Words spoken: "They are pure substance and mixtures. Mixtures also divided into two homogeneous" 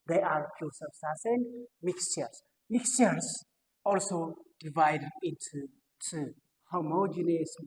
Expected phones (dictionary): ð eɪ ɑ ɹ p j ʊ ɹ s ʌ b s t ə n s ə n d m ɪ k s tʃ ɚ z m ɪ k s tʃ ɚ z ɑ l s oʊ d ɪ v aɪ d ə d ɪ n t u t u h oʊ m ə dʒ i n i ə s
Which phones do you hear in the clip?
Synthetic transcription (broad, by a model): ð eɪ ɑ ɹ f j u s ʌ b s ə s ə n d m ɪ k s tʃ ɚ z m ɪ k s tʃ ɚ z ɑ l s oʊ d ɪ v aɪ d ə d ɪ n t u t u h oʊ m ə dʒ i n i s